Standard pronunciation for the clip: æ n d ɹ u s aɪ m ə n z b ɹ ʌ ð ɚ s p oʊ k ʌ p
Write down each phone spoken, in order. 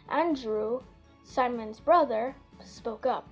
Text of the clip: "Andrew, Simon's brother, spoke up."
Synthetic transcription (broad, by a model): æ n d ɹ u s aɪ m ə n z b ɹ ʌ ð ɚ s p oʊ k ʌ p